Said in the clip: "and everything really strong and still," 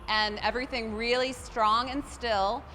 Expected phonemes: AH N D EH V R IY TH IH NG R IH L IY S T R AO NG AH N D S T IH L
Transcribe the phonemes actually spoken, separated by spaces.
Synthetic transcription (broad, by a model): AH N EH V R IY TH IH NG R IH L IY S T R AO NG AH N S T IH L